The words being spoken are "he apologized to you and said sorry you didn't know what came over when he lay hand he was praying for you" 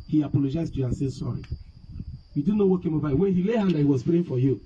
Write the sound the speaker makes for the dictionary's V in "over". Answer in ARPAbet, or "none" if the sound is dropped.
B